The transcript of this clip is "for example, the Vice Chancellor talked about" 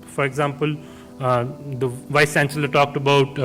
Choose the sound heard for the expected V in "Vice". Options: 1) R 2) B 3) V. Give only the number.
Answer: 3